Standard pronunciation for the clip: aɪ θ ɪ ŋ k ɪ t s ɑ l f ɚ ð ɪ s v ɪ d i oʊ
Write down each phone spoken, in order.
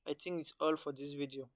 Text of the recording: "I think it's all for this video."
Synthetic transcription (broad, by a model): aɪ t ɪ ŋ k ɪ t s ɑ l f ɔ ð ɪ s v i d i oʊ